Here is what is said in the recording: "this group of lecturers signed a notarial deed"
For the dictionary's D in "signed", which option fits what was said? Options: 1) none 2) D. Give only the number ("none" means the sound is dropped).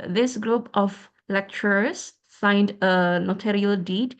2